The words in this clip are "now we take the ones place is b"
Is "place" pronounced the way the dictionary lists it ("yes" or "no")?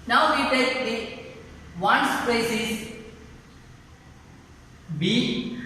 no